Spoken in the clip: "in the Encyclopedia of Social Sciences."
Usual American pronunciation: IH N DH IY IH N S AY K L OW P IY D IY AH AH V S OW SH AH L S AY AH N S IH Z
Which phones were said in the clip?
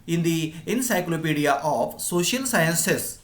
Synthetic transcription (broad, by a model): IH N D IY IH N S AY K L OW P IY D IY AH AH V S OW SH AH L S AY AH N S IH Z